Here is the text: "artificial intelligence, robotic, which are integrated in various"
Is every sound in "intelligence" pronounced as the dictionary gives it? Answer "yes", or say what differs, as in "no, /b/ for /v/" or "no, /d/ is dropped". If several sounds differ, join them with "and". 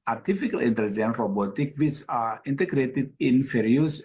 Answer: no, /s/ is dropped